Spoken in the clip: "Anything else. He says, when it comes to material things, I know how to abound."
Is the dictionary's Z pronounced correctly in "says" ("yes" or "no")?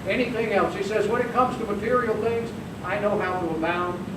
yes